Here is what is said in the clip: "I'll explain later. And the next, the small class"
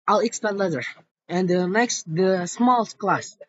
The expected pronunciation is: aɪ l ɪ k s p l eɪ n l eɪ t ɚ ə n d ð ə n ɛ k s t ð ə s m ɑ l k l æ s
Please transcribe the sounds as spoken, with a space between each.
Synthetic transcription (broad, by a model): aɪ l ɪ k s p eɪ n l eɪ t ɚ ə n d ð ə n ɛ k s t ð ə s m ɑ l k l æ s